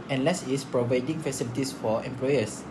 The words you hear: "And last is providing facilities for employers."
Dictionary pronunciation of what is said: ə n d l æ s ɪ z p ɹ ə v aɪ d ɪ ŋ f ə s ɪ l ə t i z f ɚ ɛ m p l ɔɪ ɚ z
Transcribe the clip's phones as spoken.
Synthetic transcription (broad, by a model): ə n l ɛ s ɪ s p ɹ ə v aɪ d ɪ ŋ f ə s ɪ l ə t i s f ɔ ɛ m p l ɔɪ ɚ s